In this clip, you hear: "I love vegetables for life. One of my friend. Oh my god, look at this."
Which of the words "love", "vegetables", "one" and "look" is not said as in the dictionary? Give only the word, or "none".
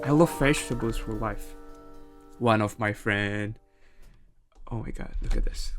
vegetables